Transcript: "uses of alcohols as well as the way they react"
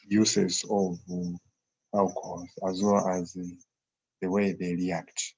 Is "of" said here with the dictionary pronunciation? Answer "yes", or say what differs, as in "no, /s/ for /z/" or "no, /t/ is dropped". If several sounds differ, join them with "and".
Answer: yes